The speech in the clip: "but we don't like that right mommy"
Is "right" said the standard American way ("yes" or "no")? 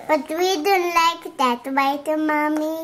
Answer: no